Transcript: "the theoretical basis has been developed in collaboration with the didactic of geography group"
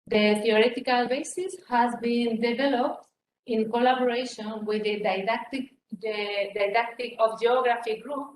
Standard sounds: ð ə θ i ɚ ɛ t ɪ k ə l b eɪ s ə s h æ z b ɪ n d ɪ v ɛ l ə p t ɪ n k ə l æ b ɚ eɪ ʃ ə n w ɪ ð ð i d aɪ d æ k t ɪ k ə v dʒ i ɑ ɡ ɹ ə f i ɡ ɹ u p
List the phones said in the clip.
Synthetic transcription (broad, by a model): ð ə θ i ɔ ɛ t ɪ k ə l b eɪ s ə s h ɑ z b ɪ n d ɪ v ɛ l ə p t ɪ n k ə l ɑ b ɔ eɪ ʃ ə n w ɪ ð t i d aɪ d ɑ k t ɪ k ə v dʒ i ɑ ɡ ɹ ə f i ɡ ɹ u p